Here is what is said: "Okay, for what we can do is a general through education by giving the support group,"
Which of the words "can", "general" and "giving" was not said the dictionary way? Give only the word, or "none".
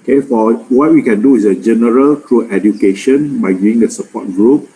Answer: giving